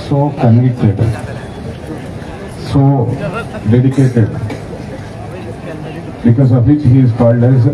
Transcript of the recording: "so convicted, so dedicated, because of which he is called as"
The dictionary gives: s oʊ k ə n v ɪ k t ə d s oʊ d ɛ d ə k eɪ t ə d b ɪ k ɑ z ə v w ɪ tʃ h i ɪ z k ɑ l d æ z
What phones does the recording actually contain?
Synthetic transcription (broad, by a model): s oʊ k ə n ɪ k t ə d s oʊ d ɛ d ə k eɪ t ə d b ɪ k ɑ z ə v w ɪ tʃ h i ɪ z k ɑ l d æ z